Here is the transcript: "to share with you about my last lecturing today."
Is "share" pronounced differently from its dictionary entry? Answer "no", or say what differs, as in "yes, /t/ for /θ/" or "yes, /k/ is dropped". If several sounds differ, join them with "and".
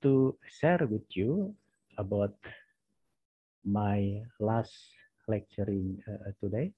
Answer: yes, /s/ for /ʃ/